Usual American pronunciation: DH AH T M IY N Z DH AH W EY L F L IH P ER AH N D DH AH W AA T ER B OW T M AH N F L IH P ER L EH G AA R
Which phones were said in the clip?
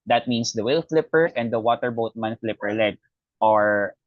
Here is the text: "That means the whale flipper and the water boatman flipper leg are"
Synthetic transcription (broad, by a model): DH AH T M IY N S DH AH W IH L F L IH P ER AH N D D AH W AA T ER B OW T M AH N F L IH P ER L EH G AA R